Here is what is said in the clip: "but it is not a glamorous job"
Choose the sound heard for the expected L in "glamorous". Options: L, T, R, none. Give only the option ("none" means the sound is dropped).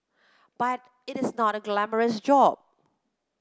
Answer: L